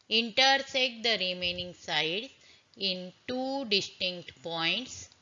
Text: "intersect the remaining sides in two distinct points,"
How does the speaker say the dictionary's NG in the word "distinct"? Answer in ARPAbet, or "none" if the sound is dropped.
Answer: NG